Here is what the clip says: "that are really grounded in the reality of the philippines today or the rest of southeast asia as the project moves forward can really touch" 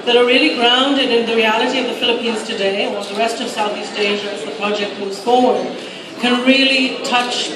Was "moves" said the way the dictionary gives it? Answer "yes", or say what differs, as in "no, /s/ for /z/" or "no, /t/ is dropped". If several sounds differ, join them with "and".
no, /v/ is dropped